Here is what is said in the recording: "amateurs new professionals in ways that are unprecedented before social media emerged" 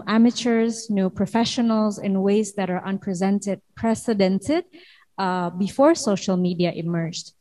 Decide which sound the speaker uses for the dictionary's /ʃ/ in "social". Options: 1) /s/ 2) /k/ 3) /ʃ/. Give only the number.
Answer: 3